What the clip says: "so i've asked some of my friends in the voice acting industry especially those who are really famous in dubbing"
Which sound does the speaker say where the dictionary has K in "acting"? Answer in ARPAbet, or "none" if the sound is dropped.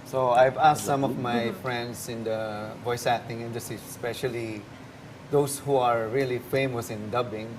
none